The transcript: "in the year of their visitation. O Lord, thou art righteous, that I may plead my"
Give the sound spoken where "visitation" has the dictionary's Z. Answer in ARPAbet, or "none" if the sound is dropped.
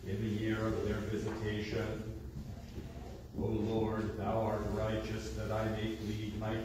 Z